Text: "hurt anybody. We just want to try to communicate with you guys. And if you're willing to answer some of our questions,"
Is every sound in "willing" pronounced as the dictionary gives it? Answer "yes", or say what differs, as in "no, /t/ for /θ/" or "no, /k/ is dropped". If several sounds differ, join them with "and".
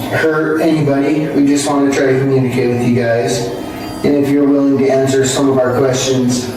yes